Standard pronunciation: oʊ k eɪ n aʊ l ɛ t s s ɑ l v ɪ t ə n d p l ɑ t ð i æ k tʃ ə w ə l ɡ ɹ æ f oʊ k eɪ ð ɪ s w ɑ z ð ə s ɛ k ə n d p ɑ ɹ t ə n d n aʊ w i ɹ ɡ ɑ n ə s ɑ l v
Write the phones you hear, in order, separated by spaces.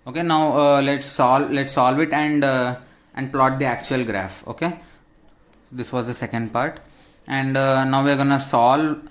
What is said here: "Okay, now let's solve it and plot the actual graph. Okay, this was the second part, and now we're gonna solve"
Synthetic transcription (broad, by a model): oʊ k eɪ n aʊ l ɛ t s s ɑ l v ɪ t ə n d p l ɑ t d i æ k tʃ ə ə l ɡ ɹ æ f oʊ k eɪ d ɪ s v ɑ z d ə s ɛ k ə n d p ɑ ɹ t ə n d n aʊ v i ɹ ɡ ɑ n ə s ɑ l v